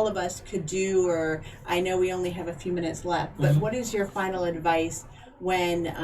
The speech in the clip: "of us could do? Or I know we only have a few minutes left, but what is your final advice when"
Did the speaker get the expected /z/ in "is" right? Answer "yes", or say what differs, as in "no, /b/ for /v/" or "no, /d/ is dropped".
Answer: yes